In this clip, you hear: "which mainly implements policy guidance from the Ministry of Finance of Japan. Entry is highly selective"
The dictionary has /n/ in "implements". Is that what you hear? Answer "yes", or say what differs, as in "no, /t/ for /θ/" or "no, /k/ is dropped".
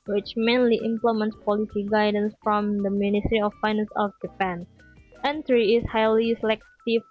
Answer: yes